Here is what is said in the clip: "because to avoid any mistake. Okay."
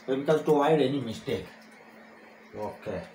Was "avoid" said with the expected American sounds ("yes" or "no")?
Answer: no